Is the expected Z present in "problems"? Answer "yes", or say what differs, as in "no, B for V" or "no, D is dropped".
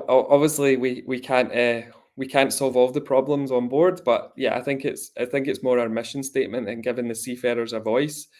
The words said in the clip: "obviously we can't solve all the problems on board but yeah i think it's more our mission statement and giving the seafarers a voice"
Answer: yes